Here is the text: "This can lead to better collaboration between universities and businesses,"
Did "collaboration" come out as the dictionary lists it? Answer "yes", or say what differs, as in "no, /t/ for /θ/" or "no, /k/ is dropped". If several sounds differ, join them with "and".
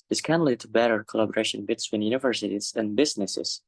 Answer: yes